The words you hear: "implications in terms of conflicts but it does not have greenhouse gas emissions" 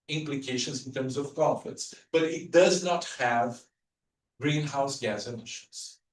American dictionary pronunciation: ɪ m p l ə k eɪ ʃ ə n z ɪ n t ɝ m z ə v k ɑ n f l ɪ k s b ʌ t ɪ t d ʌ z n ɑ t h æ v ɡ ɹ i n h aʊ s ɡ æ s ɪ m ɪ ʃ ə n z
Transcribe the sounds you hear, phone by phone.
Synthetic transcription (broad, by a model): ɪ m p l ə k eɪ ʃ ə n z ɪ n t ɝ m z ə v k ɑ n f ɪ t s b ʌ t ɪ t d ʌ z n ɑ t h æ v ɡ ɹ i n h aʊ s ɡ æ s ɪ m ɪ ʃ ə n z